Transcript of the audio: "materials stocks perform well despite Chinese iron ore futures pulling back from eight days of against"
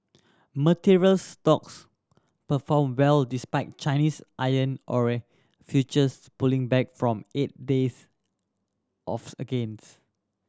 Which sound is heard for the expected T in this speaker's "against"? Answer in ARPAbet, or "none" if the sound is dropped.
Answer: none